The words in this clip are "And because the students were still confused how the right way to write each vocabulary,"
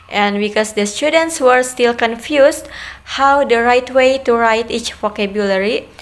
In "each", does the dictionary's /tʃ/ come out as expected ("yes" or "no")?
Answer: yes